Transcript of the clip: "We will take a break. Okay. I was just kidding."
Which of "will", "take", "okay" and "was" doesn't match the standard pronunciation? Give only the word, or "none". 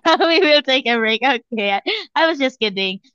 none